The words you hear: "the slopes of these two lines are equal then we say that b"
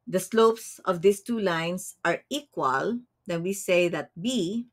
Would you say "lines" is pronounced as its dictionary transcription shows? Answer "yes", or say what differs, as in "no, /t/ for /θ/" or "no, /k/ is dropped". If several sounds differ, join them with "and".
no, /s/ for /z/